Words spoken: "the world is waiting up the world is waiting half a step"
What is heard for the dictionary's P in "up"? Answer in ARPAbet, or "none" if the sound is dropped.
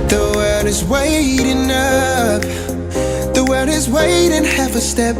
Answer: F